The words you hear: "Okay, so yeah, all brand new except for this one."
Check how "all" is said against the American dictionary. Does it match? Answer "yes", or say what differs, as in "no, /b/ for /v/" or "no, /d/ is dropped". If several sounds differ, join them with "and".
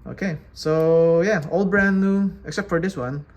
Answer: yes